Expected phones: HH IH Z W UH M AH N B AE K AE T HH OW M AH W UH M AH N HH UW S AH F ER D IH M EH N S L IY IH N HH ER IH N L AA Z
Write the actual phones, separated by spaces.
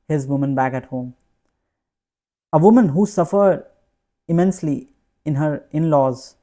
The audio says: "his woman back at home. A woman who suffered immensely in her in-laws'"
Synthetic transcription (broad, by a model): HH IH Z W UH M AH N B AE K AE T HH OW M AH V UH M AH N HH UW S AH F ER D IH M EH N S L IY IH N HH ER IH N L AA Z